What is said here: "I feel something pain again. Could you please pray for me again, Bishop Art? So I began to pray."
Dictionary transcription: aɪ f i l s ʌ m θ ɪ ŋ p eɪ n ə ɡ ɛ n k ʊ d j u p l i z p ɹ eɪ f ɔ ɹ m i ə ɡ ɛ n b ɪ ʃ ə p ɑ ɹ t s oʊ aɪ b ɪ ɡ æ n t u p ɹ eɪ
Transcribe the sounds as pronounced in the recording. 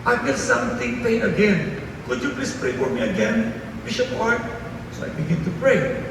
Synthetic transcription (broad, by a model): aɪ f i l s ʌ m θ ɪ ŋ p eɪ ə ɡ ɛ n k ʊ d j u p l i s p ɹ eɪ f ɔ ɹ m i ə ɡ ɛ n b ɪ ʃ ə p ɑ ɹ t s oʊ aɪ b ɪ ɡ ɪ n t u p ɹ eɪ